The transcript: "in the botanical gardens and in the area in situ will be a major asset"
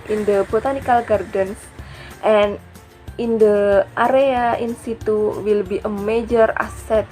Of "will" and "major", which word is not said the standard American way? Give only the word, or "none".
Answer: none